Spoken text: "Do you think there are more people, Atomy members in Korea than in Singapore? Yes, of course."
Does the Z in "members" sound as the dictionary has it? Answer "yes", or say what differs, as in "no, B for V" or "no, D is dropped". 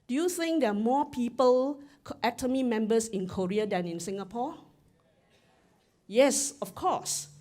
no, S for Z